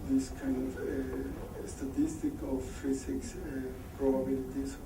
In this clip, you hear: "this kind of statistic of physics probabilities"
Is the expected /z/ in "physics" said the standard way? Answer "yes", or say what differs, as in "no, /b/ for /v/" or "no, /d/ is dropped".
no, /s/ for /z/